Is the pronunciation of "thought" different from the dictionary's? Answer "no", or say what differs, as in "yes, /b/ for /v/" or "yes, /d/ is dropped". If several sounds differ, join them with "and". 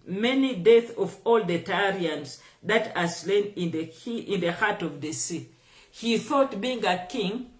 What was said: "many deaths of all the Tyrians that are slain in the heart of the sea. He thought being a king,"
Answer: no